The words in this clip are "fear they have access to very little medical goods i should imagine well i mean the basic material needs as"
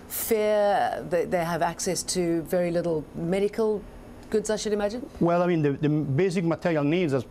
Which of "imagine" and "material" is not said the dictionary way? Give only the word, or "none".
none